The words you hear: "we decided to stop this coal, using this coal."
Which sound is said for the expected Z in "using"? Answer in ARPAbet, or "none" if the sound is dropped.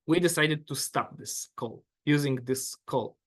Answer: Z